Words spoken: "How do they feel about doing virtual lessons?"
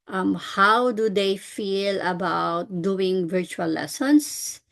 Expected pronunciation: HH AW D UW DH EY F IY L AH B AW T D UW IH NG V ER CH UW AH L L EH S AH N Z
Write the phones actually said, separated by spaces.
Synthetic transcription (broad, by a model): HH AW D UW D EY F IY L AH B AW T D UW IH NG V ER CH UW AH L L EH S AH N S